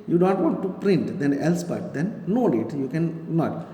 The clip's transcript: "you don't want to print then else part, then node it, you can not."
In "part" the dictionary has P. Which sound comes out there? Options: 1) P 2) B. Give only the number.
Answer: 2